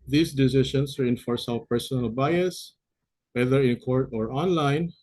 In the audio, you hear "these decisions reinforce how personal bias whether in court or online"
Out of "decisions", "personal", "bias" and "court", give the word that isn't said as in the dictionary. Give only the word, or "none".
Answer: decisions